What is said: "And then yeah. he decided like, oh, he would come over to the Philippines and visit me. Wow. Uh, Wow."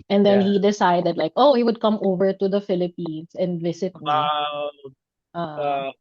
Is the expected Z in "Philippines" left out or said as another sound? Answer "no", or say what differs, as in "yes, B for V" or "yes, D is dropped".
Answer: yes, S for Z